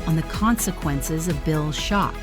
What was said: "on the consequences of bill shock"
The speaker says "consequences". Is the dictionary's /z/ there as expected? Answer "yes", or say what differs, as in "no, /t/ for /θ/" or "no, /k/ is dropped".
yes